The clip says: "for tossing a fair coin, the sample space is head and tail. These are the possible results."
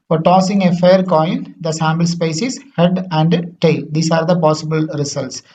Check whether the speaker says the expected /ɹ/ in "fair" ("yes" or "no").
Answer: yes